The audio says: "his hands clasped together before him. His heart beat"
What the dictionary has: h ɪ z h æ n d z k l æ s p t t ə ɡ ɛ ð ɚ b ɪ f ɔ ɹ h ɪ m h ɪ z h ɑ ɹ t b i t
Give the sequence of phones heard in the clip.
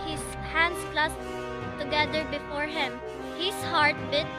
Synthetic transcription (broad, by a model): h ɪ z h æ n d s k l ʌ s t t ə ɡ ɛ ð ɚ b ɪ f ɔ ɹ h ɪ m h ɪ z h ɑ ɹ t b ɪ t